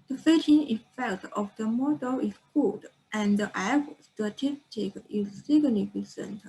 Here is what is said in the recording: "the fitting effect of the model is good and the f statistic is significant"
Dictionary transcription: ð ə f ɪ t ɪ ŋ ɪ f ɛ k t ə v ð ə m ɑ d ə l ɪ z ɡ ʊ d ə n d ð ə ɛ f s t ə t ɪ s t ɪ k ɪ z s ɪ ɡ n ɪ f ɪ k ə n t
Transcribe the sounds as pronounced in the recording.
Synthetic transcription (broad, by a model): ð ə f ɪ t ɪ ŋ ɪ f ɛ k t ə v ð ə m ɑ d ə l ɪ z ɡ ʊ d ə n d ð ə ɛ p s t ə t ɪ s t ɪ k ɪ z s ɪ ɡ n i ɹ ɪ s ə n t